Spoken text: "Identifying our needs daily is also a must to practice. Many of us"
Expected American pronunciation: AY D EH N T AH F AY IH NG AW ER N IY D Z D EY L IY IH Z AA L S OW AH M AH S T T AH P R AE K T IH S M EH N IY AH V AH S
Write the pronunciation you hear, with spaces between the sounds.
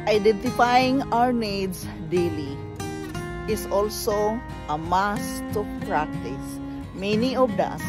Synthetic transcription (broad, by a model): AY D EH N T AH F AY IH NG AW ER N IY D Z D EY L IY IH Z AA L S OW AH M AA S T T AH P R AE K T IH S M EH N IY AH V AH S